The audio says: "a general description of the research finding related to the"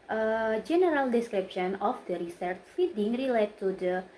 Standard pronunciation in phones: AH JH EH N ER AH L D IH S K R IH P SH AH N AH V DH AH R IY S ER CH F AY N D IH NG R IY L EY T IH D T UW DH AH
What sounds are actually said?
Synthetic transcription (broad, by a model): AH JH EH N ER AH L D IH S K R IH P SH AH N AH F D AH R IY S ER CH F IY D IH NG R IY L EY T T UW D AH